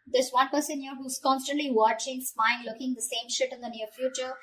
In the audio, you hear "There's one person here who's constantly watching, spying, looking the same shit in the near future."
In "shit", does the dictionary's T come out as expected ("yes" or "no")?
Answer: yes